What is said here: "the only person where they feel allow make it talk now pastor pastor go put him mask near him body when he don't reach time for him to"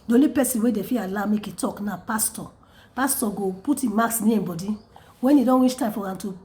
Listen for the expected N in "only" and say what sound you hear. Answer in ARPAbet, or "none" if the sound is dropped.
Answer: none